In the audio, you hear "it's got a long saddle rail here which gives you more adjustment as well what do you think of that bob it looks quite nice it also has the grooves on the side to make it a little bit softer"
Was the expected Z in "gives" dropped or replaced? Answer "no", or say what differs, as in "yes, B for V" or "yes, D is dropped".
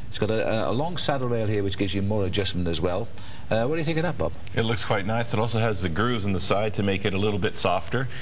no